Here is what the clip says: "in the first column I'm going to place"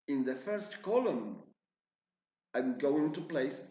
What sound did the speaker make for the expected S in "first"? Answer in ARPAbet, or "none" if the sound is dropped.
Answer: S